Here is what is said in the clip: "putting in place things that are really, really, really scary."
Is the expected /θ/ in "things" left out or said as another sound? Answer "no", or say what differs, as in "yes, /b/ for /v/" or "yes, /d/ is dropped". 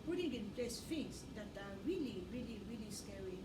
yes, /f/ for /θ/